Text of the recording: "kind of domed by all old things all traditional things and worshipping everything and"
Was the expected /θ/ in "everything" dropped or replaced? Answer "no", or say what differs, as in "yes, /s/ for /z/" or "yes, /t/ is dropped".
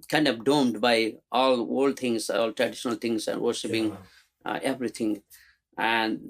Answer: yes, /t/ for /θ/